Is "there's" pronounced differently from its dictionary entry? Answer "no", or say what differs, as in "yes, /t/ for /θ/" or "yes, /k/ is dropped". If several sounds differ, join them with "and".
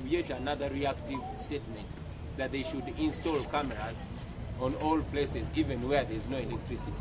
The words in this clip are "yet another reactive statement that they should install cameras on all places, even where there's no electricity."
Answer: no